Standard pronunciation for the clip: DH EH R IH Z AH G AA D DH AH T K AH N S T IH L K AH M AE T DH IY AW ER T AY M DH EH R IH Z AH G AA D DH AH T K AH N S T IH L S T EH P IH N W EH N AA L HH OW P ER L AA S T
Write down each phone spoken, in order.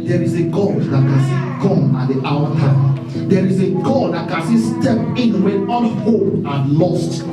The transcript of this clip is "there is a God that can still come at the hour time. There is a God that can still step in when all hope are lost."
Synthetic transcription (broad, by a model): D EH R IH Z AH G AA D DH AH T K AH N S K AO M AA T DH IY AW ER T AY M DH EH R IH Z AH G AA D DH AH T K AH N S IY S T EH P IH N W EH N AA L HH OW AA L AA S T